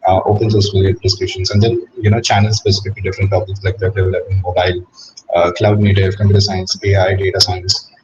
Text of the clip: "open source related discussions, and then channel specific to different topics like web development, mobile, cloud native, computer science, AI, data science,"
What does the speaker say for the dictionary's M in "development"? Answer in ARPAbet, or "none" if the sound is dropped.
none